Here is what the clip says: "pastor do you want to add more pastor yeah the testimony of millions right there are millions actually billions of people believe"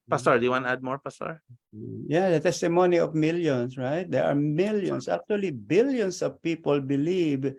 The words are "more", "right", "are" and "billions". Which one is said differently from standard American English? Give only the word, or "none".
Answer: billions